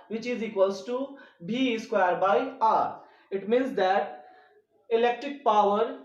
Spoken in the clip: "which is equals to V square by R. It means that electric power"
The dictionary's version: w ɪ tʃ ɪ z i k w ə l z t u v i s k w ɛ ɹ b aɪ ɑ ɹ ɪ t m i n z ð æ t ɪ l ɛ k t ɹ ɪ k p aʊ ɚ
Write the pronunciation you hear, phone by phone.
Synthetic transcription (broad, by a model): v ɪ tʃ ɪ z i k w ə l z t u b i s k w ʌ ɹ b aɪ ɑ ɹ ɪ t m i n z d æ t ɪ l ɛ k t ɹ ɪ k p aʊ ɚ